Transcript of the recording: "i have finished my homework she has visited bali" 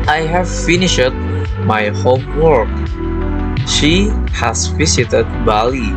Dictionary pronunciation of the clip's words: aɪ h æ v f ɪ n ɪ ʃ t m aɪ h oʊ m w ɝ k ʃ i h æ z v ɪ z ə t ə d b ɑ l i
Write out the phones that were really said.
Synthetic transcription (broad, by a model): aɪ h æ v f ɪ n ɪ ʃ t m aɪ h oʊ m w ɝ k ʃ i h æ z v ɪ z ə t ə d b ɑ l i